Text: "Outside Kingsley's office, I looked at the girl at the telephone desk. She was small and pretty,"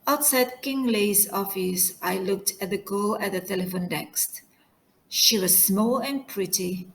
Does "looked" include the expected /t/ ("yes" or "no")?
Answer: yes